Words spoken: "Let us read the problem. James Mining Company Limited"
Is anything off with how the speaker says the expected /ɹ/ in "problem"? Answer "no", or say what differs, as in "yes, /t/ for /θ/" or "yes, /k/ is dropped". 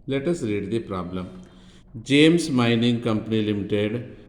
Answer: no